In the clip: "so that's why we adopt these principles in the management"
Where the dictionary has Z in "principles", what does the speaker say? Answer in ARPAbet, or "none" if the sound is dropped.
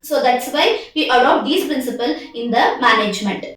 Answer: none